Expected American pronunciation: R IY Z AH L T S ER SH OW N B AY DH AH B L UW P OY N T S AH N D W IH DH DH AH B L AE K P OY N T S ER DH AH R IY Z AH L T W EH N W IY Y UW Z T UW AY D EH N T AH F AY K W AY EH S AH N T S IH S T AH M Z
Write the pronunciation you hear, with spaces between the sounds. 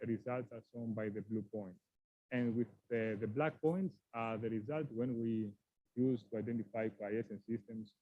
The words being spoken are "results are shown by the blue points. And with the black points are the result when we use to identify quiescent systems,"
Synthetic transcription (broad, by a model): R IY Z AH L T S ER S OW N B AY DH AH B L UW P OY N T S AH N D W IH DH DH AH B L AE K P OY N T S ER DH AH R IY Z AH L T W EH N W IY Y UW Z T UW AY D EH N T AH F AY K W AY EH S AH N S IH S T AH M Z